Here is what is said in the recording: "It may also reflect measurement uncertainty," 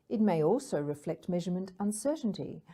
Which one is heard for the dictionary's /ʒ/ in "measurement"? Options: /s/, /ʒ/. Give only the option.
/ʒ/